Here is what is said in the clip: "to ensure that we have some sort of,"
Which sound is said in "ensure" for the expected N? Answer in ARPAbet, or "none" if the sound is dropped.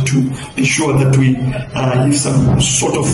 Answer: none